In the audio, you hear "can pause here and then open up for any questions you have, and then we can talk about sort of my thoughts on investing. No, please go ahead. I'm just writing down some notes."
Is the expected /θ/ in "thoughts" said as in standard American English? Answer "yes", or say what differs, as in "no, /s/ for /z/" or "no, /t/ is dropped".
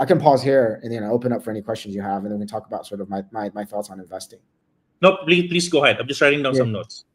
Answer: yes